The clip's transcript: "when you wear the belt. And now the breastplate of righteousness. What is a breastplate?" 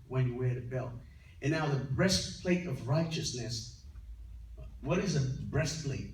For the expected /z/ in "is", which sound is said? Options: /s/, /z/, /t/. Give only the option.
/z/